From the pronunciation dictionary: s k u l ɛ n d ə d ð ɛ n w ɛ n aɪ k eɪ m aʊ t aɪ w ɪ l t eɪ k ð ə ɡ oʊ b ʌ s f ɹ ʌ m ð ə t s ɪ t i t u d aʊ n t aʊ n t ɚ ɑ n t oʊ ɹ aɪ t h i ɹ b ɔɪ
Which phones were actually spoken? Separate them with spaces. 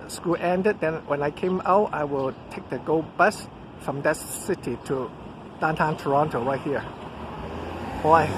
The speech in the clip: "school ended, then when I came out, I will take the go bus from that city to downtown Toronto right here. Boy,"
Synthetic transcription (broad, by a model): s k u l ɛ n d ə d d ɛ n w ɛ n aɪ k eɪ m aʊ t aɪ w ɪ l t eɪ k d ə ɡ oʊ b ʌ s f ɹ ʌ m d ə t s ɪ t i t u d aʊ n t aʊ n t ɚ ɑ n t oʊ w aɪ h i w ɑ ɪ